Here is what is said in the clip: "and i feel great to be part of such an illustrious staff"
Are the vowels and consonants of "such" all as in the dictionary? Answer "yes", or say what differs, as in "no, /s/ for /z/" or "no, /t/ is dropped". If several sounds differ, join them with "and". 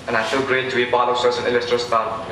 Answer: no, /s/ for /tʃ/